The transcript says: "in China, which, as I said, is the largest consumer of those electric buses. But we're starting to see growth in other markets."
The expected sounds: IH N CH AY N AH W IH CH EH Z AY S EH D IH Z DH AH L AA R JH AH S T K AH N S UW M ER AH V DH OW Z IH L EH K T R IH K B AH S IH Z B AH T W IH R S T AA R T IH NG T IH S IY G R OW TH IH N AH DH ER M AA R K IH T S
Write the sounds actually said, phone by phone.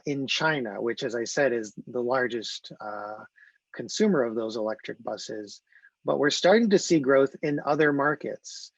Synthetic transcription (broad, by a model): IH N CH AY N AH W IH CH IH Z AY S EH D IH Z DH AH L AA R JH AH S T K AH N S UW M ER AH V DH OW Z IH L EH K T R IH K B AH S IH Z B AH T W IH R S T AA R T IH NG T IH S IY G R OW TH IH N AH DH ER M AA R K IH T S